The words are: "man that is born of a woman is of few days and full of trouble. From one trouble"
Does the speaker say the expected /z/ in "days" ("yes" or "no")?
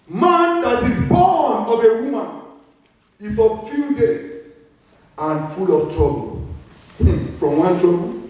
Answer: no